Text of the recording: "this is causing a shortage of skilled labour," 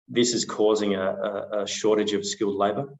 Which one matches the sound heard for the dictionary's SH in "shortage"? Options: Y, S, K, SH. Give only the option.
SH